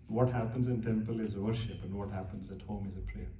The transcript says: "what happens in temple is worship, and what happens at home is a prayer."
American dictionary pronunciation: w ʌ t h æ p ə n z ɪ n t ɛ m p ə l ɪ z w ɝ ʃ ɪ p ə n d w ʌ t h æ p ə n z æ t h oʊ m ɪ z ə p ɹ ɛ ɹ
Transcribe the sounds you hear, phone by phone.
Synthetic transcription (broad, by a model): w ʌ t h æ p ə n z ɪ n t ɛ m p ə l ɪ z w ɝ ʃ ɪ p ə n d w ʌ t h æ p ə n z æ t h oʊ m ɪ z ə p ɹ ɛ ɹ